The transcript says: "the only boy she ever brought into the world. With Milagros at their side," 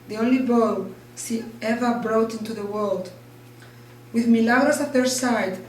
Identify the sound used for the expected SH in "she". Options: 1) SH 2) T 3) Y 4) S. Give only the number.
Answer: 4